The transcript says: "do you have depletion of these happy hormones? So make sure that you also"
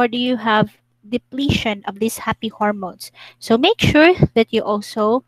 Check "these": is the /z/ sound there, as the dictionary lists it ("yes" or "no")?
no